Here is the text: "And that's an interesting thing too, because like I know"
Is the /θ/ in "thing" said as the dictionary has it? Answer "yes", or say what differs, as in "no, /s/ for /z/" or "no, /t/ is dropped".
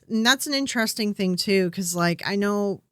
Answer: yes